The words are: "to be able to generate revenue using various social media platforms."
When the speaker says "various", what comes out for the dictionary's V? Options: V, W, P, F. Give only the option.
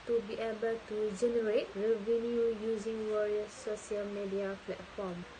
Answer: W